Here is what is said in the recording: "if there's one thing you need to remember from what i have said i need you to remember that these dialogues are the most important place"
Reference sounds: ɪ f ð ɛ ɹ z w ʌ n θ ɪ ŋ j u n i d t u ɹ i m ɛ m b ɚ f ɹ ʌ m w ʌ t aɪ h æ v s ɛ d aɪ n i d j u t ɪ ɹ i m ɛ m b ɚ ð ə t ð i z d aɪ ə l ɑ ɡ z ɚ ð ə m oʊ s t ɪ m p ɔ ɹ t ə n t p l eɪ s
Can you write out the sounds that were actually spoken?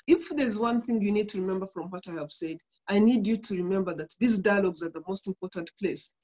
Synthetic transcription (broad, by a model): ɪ f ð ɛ ɹ z w ʌ n θ ɪ ŋ j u n i d t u ɹ i m ɛ m b ɚ f ɹ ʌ m w ʌ t aɪ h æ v s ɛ d aɪ n i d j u t ɪ ɹ i m ɛ m b ɚ ð ə t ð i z d aɪ ə l ɑ ɡ z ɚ ð ə m oʊ s t ɪ m p ɔ ɹ t ə n t p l eɪ s